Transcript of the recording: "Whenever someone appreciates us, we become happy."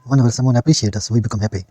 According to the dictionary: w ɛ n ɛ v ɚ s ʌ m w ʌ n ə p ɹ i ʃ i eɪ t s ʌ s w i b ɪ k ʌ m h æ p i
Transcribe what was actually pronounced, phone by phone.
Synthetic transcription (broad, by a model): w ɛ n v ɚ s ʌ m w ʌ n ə p ɹ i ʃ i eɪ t ʌ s w i b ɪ k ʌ m h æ p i